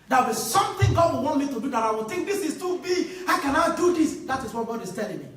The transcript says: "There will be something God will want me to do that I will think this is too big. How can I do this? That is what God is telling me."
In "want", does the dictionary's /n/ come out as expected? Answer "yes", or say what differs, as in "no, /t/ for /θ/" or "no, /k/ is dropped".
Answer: yes